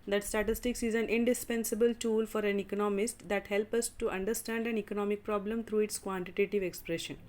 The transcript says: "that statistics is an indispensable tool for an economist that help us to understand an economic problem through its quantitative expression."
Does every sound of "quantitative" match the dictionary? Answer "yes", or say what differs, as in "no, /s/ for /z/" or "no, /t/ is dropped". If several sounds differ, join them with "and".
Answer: yes